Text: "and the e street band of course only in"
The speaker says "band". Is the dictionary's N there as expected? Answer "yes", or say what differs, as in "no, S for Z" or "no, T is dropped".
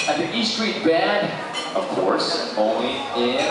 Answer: no, N is dropped